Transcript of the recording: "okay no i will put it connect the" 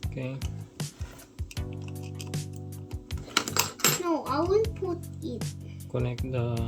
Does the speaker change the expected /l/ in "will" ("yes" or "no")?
yes